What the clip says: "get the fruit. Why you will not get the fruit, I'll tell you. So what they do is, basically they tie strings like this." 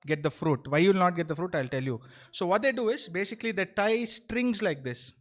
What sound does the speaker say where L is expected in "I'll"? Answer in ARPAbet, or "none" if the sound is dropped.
L